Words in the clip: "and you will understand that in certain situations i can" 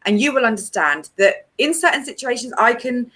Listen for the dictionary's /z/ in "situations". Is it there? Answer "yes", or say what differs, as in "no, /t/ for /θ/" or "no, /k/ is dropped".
yes